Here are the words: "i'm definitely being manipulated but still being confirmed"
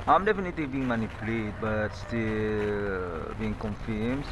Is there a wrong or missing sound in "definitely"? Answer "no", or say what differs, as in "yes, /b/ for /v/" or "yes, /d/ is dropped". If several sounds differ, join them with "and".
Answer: no